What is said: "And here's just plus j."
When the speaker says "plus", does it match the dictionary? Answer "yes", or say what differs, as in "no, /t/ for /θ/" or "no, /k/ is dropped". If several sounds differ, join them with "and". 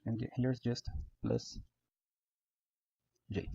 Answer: no, /b/ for /p/